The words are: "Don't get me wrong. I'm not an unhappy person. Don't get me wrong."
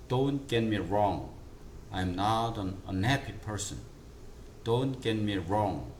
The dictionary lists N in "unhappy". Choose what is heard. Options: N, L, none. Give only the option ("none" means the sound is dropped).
N